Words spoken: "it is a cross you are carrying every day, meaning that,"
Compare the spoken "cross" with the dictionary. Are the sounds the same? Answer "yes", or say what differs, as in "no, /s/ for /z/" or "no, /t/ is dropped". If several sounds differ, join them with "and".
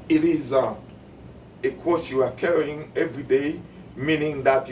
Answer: no, /ɹ/ is dropped